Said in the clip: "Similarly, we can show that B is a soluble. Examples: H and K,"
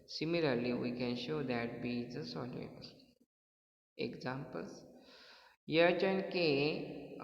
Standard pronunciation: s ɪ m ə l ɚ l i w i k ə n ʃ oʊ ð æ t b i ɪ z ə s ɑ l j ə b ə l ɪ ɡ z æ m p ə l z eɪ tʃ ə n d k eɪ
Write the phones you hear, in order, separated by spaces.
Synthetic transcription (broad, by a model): s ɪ m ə l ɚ l i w i k ə n ʃ oʊ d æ t b i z ə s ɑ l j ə ə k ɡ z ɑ m p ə l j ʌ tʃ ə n k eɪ